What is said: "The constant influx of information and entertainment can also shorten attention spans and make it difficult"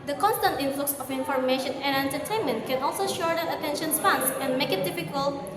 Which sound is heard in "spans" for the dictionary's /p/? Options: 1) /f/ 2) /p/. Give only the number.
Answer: 1